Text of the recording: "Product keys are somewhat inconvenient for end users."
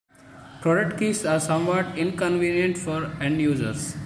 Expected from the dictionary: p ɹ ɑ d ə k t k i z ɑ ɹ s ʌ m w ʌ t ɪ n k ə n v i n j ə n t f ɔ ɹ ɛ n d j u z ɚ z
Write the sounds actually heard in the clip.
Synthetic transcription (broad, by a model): p ɹ ɑ d ə k t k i s ɑ ɹ s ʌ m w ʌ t ɪ n k ə n v i n j ə n t f ɔ ɹ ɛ n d j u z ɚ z